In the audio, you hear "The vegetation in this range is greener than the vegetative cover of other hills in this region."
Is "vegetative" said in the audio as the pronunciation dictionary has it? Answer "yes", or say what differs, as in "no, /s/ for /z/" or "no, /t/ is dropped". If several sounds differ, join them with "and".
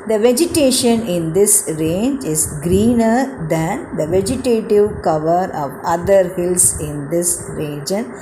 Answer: yes